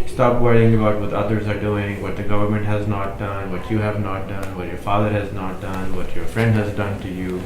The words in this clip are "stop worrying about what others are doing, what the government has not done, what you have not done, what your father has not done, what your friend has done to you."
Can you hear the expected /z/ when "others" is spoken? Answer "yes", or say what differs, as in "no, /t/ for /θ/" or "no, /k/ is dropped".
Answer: yes